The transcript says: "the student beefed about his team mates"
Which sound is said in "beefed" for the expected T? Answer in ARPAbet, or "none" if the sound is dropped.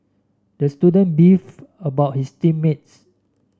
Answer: none